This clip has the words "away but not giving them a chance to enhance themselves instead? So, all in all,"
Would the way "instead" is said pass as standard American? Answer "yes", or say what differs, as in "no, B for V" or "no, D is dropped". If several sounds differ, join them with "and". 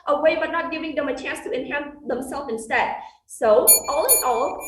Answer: yes